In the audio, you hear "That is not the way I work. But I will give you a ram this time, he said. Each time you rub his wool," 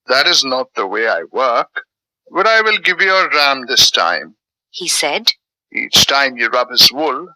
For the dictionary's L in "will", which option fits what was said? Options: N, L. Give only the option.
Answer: L